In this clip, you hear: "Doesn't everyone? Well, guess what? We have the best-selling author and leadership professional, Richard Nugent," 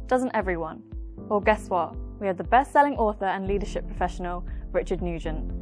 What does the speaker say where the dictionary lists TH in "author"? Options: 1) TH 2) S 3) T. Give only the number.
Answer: 1